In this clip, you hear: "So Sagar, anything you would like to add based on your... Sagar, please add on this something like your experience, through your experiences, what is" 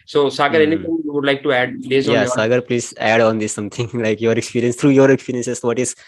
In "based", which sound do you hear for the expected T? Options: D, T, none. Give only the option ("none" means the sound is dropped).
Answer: none